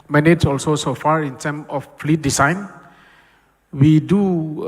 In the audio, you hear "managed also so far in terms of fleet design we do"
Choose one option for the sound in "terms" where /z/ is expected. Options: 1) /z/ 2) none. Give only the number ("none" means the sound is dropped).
2